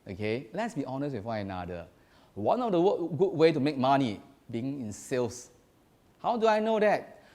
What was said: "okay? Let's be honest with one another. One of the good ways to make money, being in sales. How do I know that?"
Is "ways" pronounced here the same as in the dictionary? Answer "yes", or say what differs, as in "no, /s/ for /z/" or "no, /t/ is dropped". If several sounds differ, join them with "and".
no, /z/ is dropped